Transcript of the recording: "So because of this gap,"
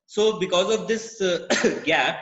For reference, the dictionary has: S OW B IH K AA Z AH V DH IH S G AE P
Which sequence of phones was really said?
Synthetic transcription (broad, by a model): S OW B IH K AA Z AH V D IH S G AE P